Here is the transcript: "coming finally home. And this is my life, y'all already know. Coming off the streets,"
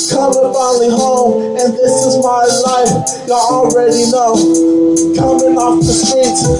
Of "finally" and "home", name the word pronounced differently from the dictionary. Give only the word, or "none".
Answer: finally